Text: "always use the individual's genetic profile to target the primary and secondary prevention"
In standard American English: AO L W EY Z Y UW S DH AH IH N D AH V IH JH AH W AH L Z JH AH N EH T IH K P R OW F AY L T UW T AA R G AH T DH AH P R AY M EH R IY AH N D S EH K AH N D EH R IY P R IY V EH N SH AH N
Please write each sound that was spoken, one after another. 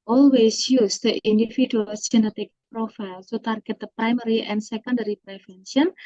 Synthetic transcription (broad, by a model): AO L W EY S Y UW S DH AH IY N D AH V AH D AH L S JH AH N EH T IH K P R OW F AY L S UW T AA R G AH T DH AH P R AY M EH R IY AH N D S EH K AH N D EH R IY P R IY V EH N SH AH N